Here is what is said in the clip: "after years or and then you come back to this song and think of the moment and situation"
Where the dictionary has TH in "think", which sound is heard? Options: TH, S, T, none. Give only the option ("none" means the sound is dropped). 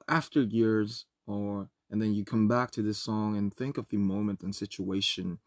TH